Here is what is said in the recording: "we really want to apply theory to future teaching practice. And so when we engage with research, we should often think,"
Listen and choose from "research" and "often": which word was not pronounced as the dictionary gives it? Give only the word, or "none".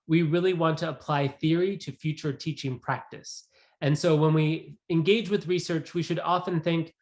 none